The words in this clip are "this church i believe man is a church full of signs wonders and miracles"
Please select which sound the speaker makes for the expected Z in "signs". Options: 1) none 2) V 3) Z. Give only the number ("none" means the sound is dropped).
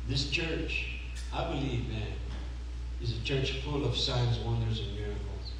3